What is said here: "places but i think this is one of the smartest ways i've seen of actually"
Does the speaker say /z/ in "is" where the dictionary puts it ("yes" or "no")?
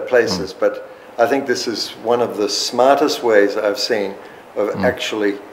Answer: yes